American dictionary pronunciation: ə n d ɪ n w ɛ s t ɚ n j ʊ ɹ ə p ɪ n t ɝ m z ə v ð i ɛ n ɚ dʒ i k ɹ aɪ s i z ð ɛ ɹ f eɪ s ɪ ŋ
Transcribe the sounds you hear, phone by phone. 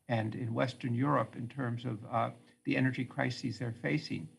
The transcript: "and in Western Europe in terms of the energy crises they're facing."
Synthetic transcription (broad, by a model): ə n d ɪ n w ɛ s t ɚ n j ʊ ɹ ə p ɪ n t ɝ m z ə v ð i ɛ n ɚ dʒ i k ɹ aɪ s i z ð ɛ ɹ f eɪ s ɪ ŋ